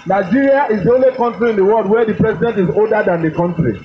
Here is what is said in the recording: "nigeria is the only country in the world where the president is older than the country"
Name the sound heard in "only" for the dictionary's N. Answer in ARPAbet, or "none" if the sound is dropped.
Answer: N